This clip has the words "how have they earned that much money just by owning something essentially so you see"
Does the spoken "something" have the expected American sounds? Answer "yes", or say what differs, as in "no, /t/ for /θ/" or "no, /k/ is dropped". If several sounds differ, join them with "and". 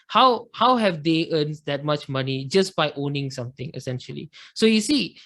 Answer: no, /t/ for /θ/